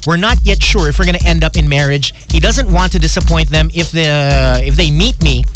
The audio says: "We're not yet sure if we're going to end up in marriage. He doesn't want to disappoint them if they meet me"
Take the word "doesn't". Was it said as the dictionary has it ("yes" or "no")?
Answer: yes